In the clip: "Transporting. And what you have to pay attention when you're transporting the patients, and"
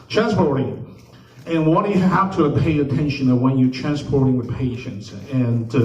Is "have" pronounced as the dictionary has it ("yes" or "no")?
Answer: no